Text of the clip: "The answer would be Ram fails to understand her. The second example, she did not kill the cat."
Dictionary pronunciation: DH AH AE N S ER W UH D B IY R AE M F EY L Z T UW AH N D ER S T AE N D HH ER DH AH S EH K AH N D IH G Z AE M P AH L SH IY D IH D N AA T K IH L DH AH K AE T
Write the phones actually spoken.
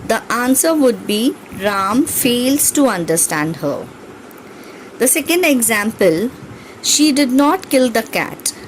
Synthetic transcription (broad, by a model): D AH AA N S ER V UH D B IY R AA M F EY L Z T UW AH N D ER S T AE N D HH ER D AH S EH K AH N D IH G Z AE M P AH L SH IY D IH D N AA T K IH L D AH K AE T